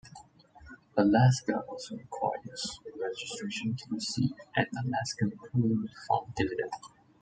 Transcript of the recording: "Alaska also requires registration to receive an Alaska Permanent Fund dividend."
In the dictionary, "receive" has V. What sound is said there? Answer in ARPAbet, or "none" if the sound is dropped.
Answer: none